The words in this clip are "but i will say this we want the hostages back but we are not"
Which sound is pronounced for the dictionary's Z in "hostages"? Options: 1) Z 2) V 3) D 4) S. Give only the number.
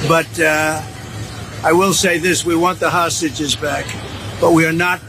1